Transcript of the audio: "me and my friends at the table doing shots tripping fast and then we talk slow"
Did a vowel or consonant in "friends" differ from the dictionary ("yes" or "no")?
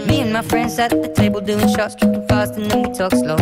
yes